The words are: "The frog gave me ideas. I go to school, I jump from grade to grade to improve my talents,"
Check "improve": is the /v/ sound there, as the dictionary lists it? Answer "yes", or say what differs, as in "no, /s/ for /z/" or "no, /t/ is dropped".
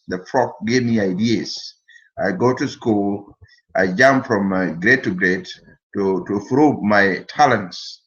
no, /b/ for /v/